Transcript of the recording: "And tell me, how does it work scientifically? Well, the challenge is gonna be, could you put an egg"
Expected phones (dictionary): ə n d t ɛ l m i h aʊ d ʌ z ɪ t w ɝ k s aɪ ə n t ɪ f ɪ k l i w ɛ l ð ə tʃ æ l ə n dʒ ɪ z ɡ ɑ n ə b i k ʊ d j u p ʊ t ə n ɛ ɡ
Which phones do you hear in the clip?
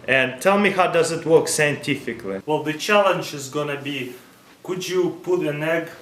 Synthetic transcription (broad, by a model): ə n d t ɛ l m i h aʊ d ʌ z ɪ t w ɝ k s aɪ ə n t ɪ f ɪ k l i w ɛ l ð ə tʃ æ l ə n dʒ ɪ z ɡ ɑ n ə b i k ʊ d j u p ʊ t ə n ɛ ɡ